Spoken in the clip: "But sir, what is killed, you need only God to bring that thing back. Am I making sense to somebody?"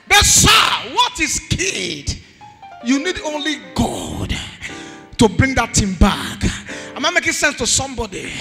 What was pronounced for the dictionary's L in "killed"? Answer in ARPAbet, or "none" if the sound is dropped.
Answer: none